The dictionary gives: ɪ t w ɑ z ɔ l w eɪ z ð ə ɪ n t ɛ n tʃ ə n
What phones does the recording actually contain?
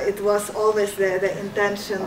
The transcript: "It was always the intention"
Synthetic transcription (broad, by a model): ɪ t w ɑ s ɔ l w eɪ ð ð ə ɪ n t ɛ n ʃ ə n